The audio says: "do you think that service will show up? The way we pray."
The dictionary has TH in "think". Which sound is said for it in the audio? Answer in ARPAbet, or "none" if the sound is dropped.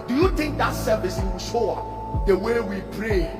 T